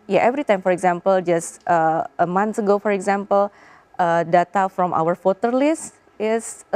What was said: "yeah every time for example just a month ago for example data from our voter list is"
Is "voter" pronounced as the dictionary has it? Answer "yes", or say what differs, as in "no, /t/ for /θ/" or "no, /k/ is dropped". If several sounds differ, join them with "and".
no, /f/ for /v/